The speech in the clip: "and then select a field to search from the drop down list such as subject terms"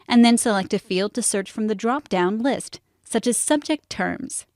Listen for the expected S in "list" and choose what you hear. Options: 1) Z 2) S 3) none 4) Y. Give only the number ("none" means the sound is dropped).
2